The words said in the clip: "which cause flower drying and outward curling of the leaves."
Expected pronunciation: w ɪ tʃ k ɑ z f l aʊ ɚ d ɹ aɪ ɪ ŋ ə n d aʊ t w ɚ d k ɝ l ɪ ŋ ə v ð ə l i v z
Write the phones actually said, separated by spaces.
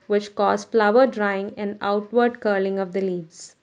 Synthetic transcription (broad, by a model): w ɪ tʃ k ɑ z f l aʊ ɚ d ɹ aɪ ɪ ŋ ə n d aʊ t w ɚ d k ɝ l ɪ ŋ ə v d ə l i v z